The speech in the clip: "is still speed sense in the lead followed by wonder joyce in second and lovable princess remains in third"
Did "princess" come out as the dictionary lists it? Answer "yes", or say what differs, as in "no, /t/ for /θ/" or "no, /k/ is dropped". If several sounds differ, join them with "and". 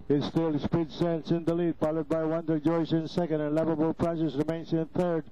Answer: no, /n/ is dropped